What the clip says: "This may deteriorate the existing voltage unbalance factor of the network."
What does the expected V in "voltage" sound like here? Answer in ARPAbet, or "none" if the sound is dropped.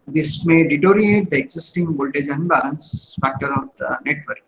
B